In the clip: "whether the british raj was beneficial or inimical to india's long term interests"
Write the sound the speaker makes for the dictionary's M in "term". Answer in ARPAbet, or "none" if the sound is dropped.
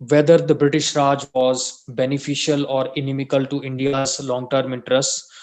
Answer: M